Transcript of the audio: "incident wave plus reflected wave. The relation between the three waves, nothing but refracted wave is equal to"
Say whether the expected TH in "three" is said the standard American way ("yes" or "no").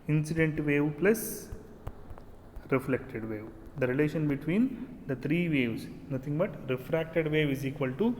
no